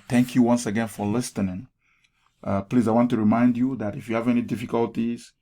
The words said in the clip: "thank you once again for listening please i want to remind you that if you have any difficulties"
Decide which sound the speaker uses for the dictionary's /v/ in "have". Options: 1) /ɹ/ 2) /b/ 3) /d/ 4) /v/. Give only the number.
4